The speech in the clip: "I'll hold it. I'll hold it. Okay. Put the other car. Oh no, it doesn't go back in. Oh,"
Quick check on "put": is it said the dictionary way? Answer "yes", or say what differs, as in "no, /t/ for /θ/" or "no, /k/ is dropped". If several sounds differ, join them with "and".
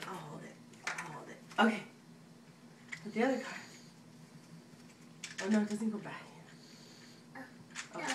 no, /b/ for /p/